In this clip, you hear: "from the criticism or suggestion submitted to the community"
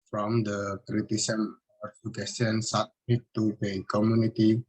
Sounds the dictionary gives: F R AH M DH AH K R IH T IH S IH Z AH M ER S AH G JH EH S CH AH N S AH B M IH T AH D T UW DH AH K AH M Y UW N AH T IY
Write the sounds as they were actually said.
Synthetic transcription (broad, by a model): F R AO M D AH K R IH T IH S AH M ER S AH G EH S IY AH N S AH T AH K T UW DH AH K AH M Y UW N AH T IY